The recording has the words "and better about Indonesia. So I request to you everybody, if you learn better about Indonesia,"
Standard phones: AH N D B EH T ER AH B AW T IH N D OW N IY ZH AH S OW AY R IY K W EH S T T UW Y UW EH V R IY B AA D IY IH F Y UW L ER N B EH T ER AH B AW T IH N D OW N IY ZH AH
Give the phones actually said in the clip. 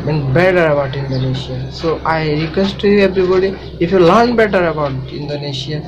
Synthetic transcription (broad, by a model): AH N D B EH T ER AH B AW T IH N D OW N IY S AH S OW AY R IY K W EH S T T UW Y UW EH B R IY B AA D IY IH F Y UW L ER N B EH T ER AH B AW T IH N D OW N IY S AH